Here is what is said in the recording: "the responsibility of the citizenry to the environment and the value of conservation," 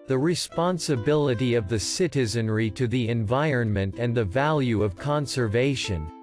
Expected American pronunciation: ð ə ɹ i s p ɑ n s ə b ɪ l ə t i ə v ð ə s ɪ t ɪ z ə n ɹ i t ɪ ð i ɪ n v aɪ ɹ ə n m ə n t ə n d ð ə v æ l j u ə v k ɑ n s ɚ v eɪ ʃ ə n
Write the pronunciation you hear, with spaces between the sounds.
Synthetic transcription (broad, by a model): ð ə ɹ i s p ɑ n s ə b ɪ l ə t i ə v ð ə s ɪ t ɪ z ə n ɹ i t ɪ ð i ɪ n v aɪ ɹ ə n m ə n t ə n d ð ə v æ l j u ə v k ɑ n s ɚ v eɪ ʃ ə n